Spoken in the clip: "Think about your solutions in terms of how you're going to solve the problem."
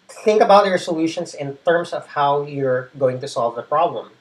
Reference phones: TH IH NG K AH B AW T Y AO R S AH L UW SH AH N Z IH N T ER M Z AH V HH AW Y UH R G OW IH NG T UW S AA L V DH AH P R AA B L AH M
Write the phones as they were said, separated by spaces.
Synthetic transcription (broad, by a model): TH IH NG K AH B AW T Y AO R S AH L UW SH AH N S IH N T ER M S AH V HH AW Y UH R G OW IH NG T UW S AA L V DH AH P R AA B L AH M